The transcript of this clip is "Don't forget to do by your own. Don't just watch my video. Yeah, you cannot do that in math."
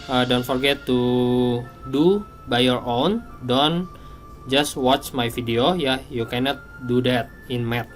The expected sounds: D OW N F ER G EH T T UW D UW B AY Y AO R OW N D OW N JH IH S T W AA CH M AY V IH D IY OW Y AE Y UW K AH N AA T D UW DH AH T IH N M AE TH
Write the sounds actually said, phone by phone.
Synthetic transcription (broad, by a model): D OW N F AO G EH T T UW D UW B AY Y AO R OW N D OW N JH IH S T W AA CH M AY F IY D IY OW Y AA Y UW K AH N AA T D UW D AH T IH N M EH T